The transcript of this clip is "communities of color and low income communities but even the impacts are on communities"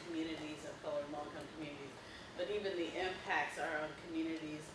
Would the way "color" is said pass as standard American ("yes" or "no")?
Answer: no